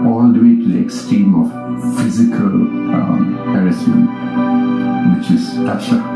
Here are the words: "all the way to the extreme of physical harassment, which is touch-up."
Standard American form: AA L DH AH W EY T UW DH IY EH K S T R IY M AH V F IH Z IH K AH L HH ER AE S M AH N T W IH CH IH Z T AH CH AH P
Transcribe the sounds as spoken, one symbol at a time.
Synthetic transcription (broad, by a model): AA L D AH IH T UW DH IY EH K S T R IY M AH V F IH Z IH K AH L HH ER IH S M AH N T W IH CH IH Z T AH SH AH